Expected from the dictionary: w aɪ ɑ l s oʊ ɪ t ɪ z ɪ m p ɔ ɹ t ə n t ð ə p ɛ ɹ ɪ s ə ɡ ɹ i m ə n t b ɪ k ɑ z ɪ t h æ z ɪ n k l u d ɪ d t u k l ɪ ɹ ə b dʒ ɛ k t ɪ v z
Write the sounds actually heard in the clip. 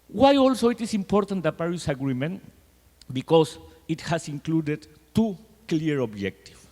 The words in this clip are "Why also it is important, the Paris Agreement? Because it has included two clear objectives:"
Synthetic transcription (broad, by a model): w aɪ ɑ l s oʊ ɪ t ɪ s ɪ m p ɔ ɹ t ə n t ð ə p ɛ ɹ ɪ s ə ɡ ɹ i m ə n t b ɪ k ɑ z ɪ t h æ s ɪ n k l u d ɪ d t u k l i ɹ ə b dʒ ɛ k t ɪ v